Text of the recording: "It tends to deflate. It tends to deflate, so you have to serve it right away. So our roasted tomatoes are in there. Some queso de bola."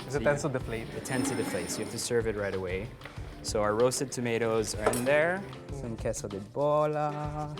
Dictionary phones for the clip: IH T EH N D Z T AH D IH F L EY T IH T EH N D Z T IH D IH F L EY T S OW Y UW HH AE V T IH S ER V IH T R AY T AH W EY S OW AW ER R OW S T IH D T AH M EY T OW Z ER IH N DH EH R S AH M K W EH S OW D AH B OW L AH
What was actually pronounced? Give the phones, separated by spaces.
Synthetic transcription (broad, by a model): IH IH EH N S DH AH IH F L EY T IH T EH N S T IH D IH F L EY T S OW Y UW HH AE F T IH S ER V IH T R AY T AH W EY S OW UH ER R OW S T IH D T AH M EY T OW Z ER IH N DH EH R S AH M K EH S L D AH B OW L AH